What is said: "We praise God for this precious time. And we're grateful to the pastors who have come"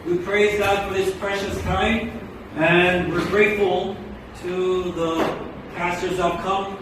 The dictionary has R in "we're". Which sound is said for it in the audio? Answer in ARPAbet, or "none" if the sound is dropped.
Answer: R